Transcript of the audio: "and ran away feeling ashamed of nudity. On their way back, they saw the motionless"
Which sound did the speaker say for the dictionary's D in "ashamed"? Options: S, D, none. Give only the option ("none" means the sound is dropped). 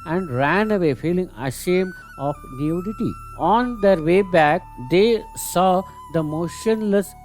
none